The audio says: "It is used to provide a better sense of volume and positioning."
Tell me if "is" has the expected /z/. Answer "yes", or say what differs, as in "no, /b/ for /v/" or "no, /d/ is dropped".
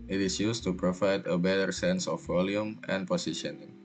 no, /s/ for /z/